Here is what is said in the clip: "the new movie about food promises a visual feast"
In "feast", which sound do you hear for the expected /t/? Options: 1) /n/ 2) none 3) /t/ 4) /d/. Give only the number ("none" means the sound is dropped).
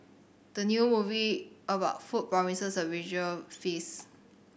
2